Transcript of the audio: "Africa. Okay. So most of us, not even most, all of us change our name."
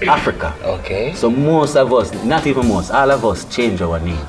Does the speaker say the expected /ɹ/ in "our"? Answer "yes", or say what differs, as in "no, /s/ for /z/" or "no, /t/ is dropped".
no, /w/ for /ɹ/